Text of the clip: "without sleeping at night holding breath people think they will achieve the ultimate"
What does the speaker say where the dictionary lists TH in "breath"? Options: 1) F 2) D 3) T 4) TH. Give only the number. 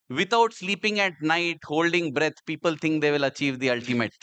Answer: 3